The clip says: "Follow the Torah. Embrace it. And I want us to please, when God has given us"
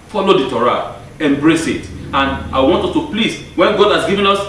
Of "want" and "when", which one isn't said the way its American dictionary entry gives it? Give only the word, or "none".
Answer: none